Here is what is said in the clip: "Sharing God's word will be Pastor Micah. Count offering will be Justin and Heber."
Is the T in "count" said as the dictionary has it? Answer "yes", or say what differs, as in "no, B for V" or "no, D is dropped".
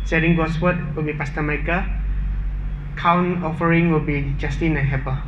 no, T is dropped